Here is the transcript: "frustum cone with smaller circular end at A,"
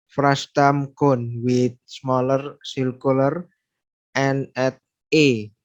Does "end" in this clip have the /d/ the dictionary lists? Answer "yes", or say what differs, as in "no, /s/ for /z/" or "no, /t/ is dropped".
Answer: no, /d/ is dropped